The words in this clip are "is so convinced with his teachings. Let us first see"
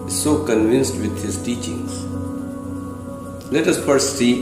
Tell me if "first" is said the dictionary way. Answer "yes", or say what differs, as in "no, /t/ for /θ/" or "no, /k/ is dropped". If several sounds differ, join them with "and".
no, /s/ is dropped